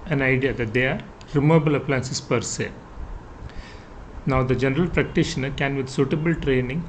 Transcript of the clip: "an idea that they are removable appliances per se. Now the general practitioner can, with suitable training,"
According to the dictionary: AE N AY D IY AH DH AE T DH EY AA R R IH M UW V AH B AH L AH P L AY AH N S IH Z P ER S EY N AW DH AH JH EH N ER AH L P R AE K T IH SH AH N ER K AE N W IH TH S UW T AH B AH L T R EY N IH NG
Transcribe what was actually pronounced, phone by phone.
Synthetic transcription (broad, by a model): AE N AY D IY AH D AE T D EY AA R R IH M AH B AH L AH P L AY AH N S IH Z P ER S EY N AW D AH JH EH N ER AH L P R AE K T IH SH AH N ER K AE N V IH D S UW T AH B AH L T R EY N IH NG